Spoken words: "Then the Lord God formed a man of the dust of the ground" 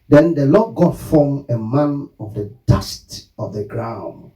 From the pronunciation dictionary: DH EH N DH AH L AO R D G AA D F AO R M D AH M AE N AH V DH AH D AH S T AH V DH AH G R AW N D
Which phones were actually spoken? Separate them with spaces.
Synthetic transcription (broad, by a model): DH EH N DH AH L AO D G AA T F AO M AH M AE N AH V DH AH D AH S T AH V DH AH G R AW N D